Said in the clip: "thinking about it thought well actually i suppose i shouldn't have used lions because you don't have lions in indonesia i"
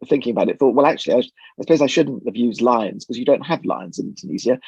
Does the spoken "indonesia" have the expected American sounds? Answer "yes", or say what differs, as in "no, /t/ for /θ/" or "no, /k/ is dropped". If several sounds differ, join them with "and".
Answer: no, /z/ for /ʒ/